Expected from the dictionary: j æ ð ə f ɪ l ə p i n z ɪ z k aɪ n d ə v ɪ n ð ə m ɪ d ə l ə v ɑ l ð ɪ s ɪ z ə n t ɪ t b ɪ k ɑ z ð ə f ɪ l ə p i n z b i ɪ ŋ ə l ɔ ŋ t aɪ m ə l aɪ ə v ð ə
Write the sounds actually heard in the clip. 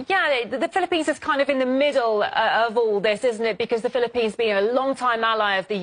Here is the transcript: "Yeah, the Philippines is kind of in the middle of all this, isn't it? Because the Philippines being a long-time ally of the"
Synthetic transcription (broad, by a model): j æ ð ə f ɪ l ə p i n z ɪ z k aɪ n d ə v ɪ n ð ə m ɪ d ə ə v ɑ l ð ɪ s ɪ z n t ɪ t b ɪ k ɑ z ð ə f ɪ l ə p i n z b i ɪ ŋ ə l ɔ ŋ t aɪ m ə l aɪ ə v ð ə